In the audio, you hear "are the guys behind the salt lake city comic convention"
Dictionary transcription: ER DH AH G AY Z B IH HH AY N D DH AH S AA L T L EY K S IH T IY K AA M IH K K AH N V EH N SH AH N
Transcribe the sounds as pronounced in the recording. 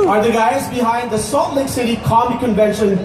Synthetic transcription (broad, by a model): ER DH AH G AY Z B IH HH AY N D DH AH S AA T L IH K S IH T IY K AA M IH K K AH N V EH N SH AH N